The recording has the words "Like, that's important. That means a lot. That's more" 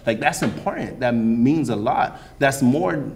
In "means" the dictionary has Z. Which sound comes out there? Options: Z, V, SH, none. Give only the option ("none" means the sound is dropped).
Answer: Z